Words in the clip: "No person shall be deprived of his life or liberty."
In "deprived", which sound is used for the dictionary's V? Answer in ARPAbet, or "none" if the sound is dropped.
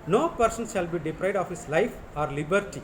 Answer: none